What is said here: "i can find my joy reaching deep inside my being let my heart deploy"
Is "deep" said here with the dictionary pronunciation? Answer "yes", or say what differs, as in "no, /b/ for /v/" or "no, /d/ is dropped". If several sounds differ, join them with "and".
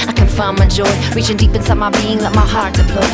yes